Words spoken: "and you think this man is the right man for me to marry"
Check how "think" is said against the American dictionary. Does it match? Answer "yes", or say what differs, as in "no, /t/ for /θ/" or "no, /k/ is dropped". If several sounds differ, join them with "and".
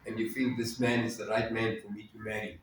no, /f/ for /θ/